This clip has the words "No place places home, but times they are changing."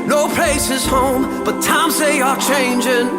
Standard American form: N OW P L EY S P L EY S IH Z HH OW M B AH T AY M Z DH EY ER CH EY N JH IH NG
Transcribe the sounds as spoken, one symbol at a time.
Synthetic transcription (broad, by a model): N OW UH P L EY S IH Z HH OW M B AH T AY M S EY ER CH EY N JH IH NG